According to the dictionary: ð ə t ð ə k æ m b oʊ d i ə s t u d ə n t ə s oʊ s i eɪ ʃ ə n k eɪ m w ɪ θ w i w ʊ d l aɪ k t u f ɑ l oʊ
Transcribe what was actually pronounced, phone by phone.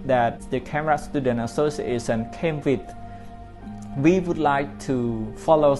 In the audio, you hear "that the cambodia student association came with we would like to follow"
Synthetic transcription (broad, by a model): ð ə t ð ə k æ m oʊ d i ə s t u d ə n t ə s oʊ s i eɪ s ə n k eɪ m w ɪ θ w i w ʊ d l aɪ k t u f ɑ l oʊ